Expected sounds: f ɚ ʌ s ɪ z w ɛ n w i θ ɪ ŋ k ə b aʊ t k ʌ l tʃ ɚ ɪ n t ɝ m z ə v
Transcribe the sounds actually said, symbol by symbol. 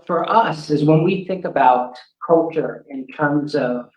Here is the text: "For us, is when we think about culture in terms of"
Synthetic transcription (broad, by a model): f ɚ ʌ s ɪ z w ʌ n w i θ ɪ ŋ k ə b aʊ t k ʌ l tʃ ɚ ɪ n t ɝ m z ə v